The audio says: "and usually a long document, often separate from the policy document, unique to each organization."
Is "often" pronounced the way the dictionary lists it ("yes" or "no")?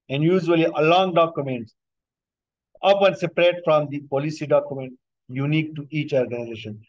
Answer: no